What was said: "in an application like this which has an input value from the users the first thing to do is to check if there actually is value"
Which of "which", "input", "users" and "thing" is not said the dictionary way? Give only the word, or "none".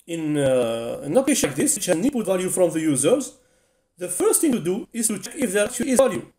input